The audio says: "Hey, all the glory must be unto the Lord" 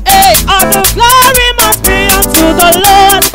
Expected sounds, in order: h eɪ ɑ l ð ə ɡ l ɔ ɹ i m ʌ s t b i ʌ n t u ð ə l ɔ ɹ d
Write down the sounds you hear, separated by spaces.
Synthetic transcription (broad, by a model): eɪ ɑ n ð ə ɡ l ɔ ɹ i m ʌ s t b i ʌ n t u ð ə l ɔ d